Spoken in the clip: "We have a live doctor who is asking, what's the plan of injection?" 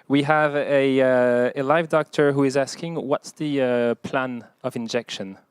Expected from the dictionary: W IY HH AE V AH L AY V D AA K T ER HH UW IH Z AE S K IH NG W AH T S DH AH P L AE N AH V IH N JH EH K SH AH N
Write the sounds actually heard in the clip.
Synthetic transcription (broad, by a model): W IY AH V AH L AY V D AA K T ER HH UW IH Z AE S K IH NG W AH T S DH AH P L AE N AH V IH N JH EH K SH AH N